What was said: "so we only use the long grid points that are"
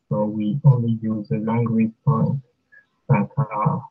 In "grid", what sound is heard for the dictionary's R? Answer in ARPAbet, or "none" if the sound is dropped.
W